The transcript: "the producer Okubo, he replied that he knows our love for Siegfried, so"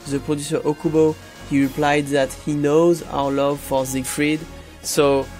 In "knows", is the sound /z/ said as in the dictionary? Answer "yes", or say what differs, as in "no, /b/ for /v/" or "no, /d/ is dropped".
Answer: yes